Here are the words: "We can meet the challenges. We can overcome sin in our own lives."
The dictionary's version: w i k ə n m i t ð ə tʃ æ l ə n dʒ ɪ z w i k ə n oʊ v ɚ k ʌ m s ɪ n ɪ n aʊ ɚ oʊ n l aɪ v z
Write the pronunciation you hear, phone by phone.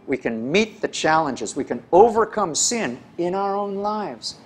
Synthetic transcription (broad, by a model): w i k ə n m i t ð ə tʃ æ l ə n dʒ ɪ z w i k ə n oʊ v ɚ k ʌ m s ɪ n ɪ n aʊ ɚ oʊ n l aɪ v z